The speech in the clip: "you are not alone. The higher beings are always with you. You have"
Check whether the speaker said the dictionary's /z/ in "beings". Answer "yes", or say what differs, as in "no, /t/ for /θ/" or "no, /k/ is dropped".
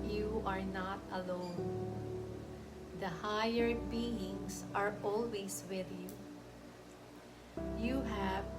no, /s/ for /z/